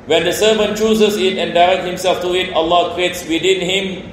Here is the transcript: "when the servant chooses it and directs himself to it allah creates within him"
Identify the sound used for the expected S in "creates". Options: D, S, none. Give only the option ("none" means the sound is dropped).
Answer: S